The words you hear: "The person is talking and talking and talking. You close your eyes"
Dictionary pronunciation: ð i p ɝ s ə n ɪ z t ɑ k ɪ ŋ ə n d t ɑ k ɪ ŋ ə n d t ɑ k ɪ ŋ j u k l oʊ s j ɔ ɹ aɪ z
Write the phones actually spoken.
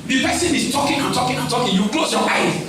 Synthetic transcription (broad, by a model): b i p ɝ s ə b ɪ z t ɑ k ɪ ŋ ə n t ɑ k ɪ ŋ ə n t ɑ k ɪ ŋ j u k l oʊ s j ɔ l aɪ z